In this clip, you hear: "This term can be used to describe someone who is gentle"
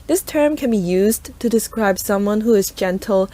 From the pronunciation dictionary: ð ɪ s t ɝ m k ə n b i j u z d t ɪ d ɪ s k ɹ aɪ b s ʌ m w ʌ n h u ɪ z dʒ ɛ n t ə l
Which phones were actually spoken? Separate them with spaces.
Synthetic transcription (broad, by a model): ð ɪ s t ɝ m k ə n b i j u z t ɪ d ɪ s k ɹ aɪ b s ʌ m w ʌ n h u ɪ z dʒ ɛ n t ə l